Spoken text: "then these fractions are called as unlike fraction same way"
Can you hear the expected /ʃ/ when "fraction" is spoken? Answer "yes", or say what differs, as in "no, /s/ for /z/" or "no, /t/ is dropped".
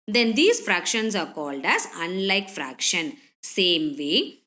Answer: yes